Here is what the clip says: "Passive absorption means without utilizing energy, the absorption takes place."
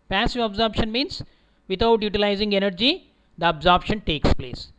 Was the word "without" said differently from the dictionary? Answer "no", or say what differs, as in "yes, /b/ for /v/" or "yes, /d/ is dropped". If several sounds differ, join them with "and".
yes, /t/ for /θ/